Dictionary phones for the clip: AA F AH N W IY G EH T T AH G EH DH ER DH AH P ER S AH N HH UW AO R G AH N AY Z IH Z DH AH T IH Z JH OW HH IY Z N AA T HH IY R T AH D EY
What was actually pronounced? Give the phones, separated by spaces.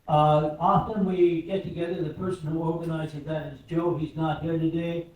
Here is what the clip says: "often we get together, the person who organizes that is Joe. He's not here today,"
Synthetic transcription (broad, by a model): AA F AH N W IY G EH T T AH G EH DH ER DH AH P ER S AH N HH UW AO R G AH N AY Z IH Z DH AH T IH Z JH OW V IY Z N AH T HH IY R T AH D EY